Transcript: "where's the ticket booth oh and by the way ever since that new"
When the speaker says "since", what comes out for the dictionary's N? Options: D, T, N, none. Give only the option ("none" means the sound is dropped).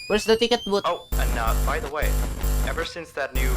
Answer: N